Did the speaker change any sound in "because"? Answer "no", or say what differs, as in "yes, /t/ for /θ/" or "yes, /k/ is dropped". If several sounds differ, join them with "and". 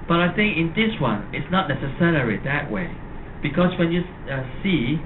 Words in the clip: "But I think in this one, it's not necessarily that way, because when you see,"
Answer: yes, /s/ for /z/